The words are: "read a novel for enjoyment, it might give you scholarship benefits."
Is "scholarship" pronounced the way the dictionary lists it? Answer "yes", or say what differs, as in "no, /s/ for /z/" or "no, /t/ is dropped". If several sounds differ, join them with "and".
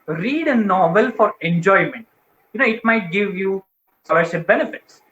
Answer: no, /k/ is dropped